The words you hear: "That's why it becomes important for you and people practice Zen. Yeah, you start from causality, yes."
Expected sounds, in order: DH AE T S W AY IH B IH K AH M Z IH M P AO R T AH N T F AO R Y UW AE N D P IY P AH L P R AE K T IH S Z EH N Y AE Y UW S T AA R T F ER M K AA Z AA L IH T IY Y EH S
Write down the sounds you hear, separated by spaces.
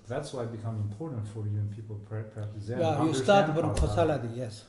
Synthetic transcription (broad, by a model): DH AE T S W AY IH B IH K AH M IH M P AO R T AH N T F AO R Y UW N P IY P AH L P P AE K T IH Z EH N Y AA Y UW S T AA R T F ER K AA S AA L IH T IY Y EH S